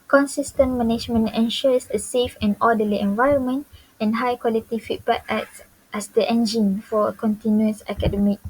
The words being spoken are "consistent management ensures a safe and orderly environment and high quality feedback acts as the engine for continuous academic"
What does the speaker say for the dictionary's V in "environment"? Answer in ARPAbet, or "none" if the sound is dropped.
V